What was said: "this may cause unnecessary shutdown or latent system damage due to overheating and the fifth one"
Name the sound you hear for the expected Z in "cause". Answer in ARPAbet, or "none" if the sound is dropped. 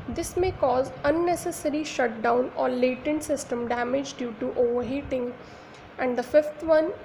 Z